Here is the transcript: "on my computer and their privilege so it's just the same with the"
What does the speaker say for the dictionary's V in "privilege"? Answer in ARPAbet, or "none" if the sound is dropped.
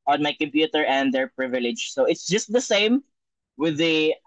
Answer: V